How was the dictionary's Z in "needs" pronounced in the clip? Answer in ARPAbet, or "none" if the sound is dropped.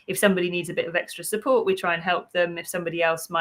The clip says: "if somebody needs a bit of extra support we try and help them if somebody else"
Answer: Z